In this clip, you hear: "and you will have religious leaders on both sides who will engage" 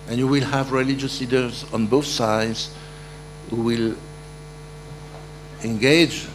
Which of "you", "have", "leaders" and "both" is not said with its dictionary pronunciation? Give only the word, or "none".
none